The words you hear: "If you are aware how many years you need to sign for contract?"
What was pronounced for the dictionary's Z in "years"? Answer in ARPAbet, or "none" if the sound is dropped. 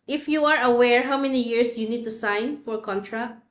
S